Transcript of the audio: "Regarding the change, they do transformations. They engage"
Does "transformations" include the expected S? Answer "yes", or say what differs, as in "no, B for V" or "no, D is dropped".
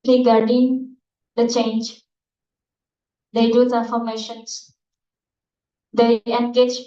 no, S is dropped